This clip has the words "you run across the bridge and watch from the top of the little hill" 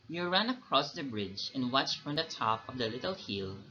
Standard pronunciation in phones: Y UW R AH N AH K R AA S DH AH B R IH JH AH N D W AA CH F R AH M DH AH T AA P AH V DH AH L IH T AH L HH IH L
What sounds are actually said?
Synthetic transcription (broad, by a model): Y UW R AH N AH K R AA S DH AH B R IH JH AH N W AA CH F R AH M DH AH T AA P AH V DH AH L IH T AH L HH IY L